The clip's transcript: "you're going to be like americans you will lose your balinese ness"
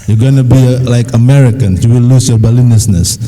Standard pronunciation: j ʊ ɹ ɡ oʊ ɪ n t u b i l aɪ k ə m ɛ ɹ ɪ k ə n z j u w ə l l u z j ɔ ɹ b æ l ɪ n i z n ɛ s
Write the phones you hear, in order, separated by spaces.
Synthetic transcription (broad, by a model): j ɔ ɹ ɡ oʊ n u b i l aɪ k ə m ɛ ɹ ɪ k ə n j u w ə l l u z j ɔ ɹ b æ l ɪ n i s n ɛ s